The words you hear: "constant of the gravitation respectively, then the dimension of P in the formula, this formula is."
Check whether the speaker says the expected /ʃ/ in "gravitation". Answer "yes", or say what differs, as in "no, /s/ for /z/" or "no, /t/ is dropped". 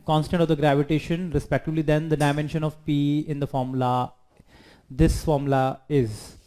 yes